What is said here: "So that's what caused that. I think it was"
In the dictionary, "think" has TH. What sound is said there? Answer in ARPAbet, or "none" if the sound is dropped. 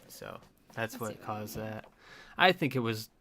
TH